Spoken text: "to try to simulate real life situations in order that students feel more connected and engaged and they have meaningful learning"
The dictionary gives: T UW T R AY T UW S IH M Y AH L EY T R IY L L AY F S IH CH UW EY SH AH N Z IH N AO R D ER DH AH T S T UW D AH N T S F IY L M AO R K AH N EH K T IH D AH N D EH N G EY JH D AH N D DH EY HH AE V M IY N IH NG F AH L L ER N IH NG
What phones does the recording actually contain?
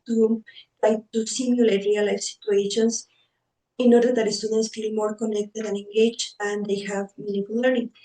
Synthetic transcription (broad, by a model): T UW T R AY T UW S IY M Y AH L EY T R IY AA L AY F S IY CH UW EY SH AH N S IH N AO R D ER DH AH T S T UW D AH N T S F IY L M AO R K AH N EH K T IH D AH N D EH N G EY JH AH N D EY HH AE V M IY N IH F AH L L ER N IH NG